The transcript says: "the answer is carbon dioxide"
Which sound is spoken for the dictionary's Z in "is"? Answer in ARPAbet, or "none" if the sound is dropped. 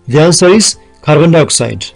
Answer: S